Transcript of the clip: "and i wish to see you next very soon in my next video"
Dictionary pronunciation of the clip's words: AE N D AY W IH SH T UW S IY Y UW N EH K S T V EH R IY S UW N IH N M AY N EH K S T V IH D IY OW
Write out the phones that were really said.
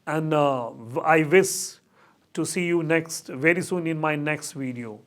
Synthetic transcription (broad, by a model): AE N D AY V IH S T UW S IY Y UW N EH K S T V EH R IY S UW N IH N M AY N EH K S T V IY D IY OW